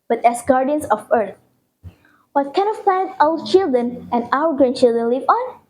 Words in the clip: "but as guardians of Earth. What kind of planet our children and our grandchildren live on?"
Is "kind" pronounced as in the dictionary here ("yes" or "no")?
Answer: no